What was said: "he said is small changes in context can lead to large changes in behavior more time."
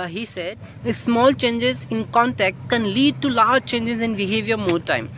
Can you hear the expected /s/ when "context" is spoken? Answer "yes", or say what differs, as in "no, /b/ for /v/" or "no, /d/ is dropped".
no, /s/ is dropped